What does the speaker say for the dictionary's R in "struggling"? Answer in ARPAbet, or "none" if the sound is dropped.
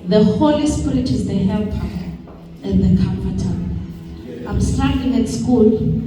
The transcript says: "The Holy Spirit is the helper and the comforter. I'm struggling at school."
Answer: none